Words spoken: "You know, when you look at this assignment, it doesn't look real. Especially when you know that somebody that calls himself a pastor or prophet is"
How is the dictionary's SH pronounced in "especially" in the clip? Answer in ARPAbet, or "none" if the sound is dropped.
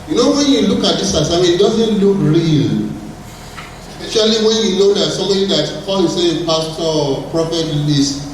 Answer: none